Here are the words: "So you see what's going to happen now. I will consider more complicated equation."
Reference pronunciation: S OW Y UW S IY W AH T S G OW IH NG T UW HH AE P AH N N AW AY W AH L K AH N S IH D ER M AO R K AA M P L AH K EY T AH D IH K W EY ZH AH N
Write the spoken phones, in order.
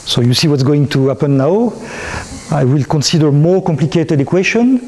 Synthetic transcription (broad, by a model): S OW Y UW S IY W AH T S G OW IH NG T UW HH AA P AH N N AW AY W AH L K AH N S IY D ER M AO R K AA M P L AH K EY T AH D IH K W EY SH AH N